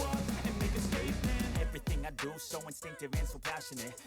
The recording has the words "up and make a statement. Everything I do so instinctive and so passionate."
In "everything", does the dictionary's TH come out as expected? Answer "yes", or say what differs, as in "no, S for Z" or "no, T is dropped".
yes